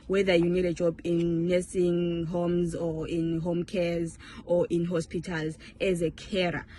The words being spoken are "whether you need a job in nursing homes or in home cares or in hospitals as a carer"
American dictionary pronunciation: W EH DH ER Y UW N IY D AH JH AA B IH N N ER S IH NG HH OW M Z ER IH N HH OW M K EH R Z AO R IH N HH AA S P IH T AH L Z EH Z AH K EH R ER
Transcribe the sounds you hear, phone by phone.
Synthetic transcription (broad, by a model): W EH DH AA Y UW N IY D AH JH AA B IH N N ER S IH NG HH OW M Z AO IH N HH OW M K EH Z AO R IH N HH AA S P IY T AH L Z EH Z AH K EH R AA